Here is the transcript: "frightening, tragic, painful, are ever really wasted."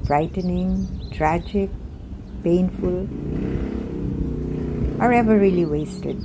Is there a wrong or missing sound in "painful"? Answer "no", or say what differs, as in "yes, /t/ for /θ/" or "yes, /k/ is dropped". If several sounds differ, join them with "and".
no